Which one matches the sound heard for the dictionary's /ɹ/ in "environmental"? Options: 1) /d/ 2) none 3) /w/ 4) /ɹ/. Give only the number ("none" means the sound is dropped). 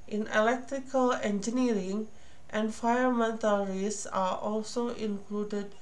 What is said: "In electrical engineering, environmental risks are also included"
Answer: 2